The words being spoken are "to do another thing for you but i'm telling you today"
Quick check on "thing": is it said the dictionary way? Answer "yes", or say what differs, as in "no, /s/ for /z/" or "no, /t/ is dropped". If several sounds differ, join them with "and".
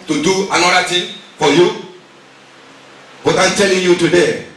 no, /t/ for /θ/